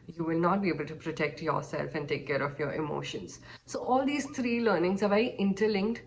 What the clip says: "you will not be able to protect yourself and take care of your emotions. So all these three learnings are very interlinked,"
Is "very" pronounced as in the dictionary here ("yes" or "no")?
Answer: no